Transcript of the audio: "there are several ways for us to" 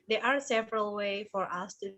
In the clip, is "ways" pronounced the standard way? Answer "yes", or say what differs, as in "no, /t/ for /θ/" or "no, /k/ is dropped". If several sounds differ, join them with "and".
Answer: no, /z/ is dropped